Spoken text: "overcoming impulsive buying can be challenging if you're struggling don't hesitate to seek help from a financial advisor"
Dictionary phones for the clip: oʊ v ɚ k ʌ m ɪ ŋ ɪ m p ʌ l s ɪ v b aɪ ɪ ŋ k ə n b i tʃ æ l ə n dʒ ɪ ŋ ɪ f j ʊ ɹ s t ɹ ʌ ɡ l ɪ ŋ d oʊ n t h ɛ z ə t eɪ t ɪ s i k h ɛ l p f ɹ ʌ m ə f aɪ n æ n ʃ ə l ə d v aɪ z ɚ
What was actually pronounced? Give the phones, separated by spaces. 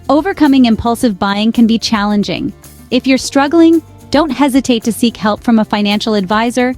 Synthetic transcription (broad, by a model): oʊ v ɚ k ʌ m ɪ ŋ ɪ m p ʌ l s ɪ v b aɪ ɪ ŋ k ə n b i tʃ æ l ə n dʒ ɪ ŋ ɪ f j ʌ ɹ s t ɹ ʌ ɡ l ɪ ŋ d oʊ n t h ɛ z ə t eɪ t ɪ s i k h ɛ l p f ɹ ʌ m ə f aɪ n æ n ʃ l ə d v aɪ z ɚ